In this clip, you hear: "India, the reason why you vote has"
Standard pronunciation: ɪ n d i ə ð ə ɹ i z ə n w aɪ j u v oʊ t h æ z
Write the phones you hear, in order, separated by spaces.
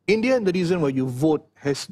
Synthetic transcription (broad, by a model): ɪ n d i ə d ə ɹ i z ə n w aɪ j u v oʊ t h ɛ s